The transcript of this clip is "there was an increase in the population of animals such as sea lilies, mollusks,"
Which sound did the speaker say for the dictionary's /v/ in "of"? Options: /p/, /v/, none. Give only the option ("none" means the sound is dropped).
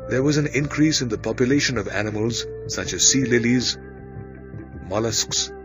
/v/